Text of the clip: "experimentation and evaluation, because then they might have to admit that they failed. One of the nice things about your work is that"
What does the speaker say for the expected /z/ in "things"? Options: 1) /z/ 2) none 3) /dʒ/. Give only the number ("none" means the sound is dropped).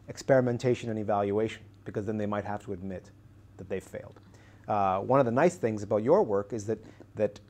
1